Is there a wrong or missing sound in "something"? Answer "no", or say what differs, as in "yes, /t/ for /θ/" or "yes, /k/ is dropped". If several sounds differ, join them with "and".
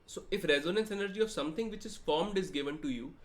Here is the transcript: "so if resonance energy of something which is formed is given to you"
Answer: yes, /t/ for /θ/